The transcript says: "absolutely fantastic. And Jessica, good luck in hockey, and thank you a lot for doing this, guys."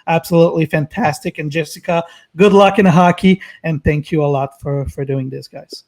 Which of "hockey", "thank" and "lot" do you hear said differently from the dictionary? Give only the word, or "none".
none